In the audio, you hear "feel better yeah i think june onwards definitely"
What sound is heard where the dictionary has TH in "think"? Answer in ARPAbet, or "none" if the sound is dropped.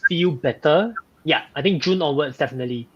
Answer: T